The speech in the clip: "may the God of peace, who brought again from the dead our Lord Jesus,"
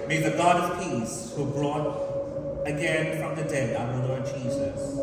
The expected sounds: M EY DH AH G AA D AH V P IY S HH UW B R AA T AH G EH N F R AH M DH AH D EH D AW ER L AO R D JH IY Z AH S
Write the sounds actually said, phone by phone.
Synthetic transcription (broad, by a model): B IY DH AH G AA D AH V P IY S HH UW B R AA T AH G EH N F R AH M DH AH D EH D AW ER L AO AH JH IY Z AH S